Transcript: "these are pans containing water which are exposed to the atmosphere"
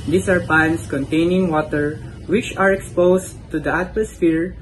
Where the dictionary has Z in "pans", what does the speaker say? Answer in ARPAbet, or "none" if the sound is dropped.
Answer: S